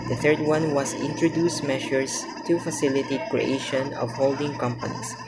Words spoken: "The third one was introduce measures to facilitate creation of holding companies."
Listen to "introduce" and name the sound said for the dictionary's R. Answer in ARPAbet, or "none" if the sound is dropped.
R